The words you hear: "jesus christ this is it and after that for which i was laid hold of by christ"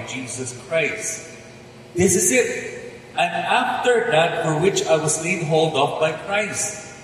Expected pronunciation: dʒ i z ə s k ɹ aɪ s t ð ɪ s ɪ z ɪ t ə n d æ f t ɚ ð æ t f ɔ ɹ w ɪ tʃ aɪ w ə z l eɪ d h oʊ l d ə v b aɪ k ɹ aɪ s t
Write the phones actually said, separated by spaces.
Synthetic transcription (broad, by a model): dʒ i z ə s k ɹ aɪ s t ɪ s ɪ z ɪ t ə n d æ f t ɚ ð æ t f ɔ ɹ w ɪ tʃ aɪ w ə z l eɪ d h oʊ l d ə p b aɪ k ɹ aɪ s t